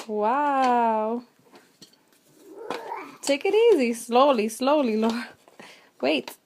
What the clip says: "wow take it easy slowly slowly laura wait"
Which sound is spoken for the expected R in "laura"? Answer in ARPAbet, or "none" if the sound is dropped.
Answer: none